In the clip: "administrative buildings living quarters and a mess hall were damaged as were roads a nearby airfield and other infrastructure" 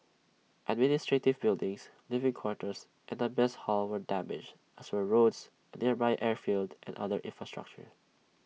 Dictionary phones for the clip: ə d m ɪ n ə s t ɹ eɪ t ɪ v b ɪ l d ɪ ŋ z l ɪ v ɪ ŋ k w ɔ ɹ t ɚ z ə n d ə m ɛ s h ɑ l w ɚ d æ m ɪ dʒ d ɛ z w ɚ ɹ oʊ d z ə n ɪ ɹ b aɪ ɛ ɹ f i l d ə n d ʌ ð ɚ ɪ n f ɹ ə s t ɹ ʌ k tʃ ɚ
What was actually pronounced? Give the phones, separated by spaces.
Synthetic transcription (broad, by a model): ə d m ɪ n ə s t ɹ eɪ t ɪ v b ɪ l d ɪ ŋ s l ɪ v ɪ ŋ k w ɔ ɹ t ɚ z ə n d ə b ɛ s h ɑ l w ɚ d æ m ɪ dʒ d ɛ s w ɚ ɹ oʊ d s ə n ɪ ɹ b aɪ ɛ ɹ f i l d ə n d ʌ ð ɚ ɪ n f ɹ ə s t ɹ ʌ k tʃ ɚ